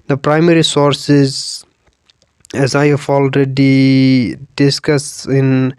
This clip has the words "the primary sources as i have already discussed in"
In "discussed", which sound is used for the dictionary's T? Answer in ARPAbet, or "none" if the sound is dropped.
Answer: none